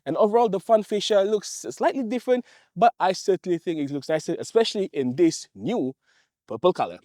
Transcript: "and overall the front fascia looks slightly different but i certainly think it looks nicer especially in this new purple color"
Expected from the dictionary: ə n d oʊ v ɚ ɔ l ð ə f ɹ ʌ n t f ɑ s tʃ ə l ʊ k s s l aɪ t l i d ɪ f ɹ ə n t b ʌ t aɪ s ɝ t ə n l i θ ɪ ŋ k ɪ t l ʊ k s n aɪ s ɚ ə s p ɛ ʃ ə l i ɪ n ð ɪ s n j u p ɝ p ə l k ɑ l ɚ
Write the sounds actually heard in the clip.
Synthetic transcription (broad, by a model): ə n oʊ v ɚ ɔ l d ə f ʌ n f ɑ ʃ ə l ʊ k s s l aɪ t l i d ɪ f ɹ ə n t b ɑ t aɪ s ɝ t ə n l i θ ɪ ŋ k ɪ t l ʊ k s n aɪ s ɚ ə s p ɛ ʃ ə l i ɪ n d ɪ s n j u p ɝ p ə l k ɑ l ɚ